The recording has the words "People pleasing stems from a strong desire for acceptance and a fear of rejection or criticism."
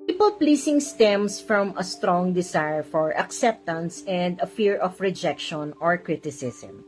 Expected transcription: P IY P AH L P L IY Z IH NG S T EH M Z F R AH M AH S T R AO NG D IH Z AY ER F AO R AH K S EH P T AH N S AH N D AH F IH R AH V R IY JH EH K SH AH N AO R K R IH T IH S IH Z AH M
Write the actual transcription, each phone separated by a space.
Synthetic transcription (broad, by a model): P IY P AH L P L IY S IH NG S T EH M S F R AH M AH S T R AO NG D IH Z AY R F AO R AH K S EH P T AH N S AH N D AH F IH R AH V R IY JH EH K SH AH N AO R K R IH T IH S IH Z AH M